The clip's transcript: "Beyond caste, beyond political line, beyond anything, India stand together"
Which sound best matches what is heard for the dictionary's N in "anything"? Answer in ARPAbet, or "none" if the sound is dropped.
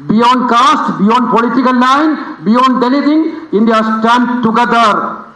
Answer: L